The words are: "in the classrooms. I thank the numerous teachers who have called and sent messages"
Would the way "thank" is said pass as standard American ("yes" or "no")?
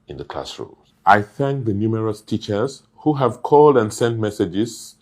yes